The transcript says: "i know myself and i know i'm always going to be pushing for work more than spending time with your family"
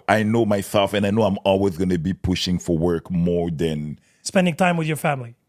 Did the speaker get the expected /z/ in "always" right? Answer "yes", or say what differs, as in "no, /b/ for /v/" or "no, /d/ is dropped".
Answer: yes